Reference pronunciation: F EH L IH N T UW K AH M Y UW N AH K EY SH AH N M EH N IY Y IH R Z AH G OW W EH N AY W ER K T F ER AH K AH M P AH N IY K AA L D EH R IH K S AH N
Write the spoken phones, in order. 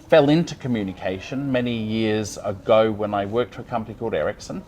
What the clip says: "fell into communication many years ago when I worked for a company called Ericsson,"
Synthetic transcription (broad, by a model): F EH L IH N T UW K AH M Y UW N AH K EY SH AH N M EH N IY Y IH R Z AH G OW W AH N AY W ER K T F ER AH K AH M P AH N IY K AA L D EH R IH K S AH N